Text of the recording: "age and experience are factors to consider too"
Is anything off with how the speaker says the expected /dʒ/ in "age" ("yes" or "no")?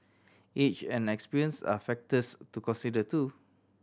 yes